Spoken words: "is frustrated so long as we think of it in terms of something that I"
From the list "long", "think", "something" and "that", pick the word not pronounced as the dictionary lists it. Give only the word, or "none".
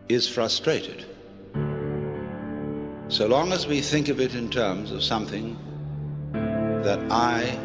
none